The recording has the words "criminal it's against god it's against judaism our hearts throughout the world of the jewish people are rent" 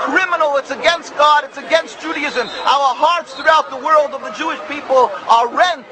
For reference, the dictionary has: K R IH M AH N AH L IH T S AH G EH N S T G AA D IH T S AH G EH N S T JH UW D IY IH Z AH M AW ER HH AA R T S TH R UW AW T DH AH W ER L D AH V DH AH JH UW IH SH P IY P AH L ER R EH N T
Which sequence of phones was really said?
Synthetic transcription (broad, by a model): K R IH M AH N L IH T S AH G EH N S T G AA D IH T S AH G EH N S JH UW D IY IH Z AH M AW ER HH AA R T S TH R UW AW T DH AH W ER L D AH V DH AH JH UW IH SH P IY P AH L ER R EH N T